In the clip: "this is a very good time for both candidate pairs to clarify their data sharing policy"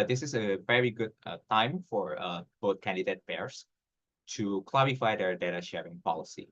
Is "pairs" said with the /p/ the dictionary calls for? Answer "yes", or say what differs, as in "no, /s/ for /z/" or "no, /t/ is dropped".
no, /b/ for /p/